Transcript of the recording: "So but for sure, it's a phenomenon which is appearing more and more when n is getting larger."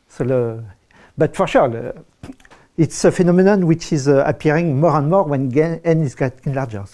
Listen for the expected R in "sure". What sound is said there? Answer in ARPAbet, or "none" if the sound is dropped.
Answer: L